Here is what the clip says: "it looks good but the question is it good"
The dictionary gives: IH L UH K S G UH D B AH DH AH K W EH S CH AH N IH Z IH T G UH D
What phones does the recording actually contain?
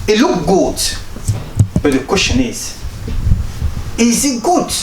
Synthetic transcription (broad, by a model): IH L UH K G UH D B AH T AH K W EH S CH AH N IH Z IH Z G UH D